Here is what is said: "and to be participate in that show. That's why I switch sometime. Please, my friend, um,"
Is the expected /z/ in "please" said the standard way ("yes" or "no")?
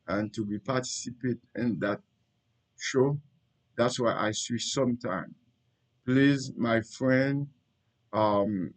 yes